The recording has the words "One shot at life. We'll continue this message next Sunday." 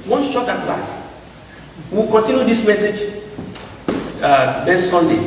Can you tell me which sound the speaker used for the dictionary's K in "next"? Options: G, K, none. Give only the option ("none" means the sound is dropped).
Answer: none